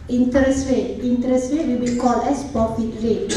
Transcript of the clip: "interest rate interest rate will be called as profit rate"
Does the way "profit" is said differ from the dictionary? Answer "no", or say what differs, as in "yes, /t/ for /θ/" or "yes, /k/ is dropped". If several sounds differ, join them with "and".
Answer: yes, /ɹ/ is dropped